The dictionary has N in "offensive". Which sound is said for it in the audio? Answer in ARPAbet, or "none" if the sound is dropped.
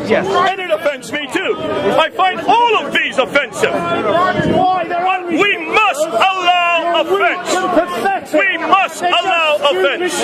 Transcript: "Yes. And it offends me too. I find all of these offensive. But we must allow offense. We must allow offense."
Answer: N